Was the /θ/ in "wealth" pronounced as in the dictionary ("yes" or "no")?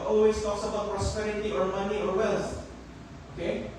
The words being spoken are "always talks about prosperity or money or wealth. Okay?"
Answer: no